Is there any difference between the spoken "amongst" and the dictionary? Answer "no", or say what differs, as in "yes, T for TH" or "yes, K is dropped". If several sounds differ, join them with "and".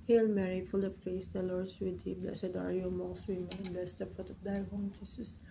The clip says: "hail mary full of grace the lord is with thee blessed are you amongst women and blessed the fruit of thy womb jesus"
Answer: yes, NG is dropped